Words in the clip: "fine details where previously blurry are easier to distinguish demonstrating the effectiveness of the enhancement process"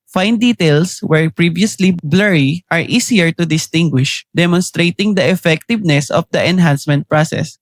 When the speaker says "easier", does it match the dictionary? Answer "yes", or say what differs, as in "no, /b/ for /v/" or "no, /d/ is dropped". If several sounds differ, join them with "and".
no, /s/ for /z/